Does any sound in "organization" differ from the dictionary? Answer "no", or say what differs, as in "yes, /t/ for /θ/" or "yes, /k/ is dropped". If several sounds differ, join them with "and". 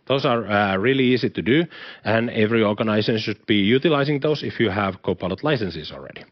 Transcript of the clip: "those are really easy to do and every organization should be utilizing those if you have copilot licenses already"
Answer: yes, /s/ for /ʃ/